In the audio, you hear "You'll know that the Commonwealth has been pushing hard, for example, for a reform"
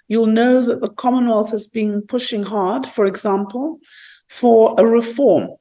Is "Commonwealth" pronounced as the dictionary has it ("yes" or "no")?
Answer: yes